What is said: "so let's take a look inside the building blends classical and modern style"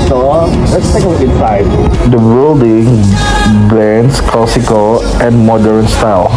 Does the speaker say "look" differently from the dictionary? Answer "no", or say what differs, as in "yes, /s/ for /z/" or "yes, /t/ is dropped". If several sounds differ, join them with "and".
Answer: yes, /k/ is dropped